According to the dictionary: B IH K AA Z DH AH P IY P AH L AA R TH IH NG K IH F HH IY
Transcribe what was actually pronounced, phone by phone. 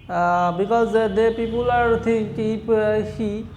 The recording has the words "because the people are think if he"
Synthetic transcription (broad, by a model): B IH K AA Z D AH P IY P AH L AA R T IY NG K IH P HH IY